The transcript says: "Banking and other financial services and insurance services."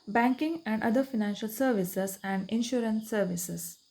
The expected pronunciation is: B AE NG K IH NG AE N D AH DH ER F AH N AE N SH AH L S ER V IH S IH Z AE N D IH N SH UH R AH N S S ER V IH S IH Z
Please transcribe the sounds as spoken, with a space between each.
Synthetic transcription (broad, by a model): B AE NG K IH NG AE N D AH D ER F AH N AE N SH AH L S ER V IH S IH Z AE N D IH N SH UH R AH N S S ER V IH S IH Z